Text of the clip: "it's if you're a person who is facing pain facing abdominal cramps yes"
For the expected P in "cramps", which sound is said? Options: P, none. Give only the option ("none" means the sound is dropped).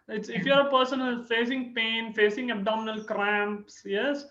P